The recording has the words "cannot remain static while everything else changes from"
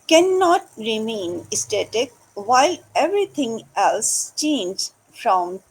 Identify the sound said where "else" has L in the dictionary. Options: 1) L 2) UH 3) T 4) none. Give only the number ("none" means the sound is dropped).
1